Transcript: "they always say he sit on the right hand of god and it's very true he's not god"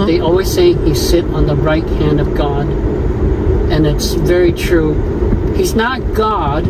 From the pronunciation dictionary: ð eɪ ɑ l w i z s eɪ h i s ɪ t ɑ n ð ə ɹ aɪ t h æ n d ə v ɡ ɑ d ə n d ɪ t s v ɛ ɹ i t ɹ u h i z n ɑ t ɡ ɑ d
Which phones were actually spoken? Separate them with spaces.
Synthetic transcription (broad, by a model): ð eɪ ɑ l w i z s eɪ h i s ɪ t n ð ə ɹ aɪ t h æ n d ə v ɡ ɑ d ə n ɪ t s v ɛ ɹ i t ɹ u h i z n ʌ t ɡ ɑ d